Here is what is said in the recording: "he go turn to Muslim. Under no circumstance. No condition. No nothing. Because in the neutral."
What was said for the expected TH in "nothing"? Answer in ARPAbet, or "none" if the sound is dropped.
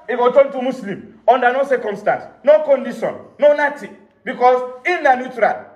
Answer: T